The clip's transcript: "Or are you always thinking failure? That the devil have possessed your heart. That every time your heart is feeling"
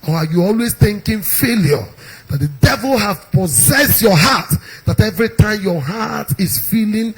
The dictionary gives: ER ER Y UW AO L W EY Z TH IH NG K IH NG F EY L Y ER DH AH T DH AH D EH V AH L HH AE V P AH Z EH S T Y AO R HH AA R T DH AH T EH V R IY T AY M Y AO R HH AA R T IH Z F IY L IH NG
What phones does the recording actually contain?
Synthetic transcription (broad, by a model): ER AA Y UW AO L W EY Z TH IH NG K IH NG F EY L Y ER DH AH T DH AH D EH V AH L HH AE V P AH Z EH S T Y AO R HH AA T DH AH T EH V R IY T AY M Y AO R HH AA T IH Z F IY L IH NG